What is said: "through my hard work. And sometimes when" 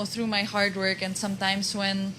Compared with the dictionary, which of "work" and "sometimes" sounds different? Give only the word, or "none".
sometimes